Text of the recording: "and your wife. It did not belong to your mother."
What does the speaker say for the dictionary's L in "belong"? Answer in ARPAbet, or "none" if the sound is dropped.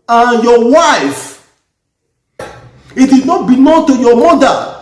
N